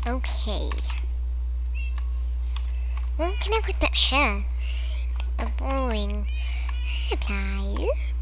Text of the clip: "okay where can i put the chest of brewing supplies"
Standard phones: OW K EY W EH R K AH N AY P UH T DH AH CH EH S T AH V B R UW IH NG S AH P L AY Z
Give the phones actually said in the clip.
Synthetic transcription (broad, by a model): OW K EY W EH L K AH N AY P UH T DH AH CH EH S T AH V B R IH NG S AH P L AY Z